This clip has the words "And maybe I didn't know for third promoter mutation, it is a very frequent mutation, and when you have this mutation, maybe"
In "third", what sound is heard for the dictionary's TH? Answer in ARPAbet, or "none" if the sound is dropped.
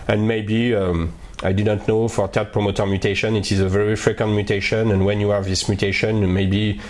T